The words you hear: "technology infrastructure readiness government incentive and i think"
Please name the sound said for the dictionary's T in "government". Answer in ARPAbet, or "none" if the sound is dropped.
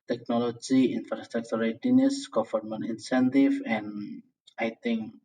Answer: none